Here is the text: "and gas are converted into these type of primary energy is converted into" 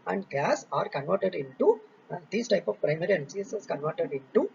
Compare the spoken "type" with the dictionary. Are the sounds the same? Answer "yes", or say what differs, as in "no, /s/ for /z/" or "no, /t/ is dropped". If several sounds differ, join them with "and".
yes